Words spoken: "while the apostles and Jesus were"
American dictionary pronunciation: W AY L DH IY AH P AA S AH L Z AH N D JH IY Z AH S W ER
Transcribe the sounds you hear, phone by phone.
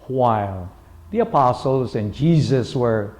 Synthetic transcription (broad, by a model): W AY L DH IY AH P AA S L Z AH N JH IY Z AH S W ER